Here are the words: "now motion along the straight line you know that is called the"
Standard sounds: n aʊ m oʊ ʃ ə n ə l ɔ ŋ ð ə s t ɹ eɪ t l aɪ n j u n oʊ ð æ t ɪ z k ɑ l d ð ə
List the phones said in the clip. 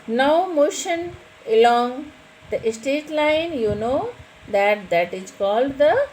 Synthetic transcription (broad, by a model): n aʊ m oʊ ʃ ə n ə l ɔ ŋ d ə s t eɪ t l aɪ n j u n oʊ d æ t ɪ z k ɑ l d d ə